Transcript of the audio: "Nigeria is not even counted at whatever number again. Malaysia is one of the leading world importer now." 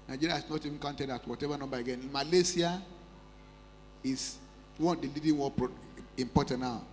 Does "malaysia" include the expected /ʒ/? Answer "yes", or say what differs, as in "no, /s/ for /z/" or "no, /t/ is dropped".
no, /s/ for /ʒ/